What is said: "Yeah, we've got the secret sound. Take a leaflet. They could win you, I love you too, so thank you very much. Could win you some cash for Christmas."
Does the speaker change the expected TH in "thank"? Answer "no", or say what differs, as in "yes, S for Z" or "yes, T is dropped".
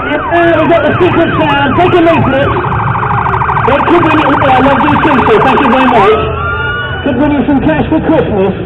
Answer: no